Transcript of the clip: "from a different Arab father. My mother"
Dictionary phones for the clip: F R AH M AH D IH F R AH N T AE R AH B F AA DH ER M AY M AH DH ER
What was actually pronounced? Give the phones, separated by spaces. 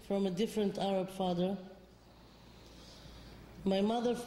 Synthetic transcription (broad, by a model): F R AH M AH D IH F R AH N T AE R AH B F AA DH ER M AY M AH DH ER